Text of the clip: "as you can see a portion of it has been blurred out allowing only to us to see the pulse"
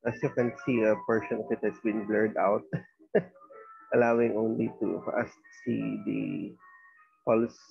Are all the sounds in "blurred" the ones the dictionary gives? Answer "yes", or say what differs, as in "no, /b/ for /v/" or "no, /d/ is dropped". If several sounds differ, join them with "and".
yes